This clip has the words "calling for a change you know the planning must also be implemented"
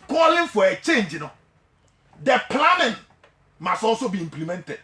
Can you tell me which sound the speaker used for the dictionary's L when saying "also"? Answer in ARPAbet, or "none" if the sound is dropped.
none